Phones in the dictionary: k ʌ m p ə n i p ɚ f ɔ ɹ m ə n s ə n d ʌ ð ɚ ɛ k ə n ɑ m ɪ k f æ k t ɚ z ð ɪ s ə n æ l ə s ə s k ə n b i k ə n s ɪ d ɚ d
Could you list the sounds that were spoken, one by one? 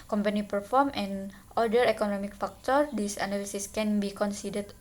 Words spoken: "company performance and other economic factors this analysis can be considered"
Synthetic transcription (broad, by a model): k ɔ m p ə n i p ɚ f ɔ ɹ m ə n ə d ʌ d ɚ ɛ k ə n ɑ m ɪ k f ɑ k t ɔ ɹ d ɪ s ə n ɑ l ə s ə s k ə n b i k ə n s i d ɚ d